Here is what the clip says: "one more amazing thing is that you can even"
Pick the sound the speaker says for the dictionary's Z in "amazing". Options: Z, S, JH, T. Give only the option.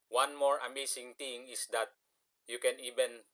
S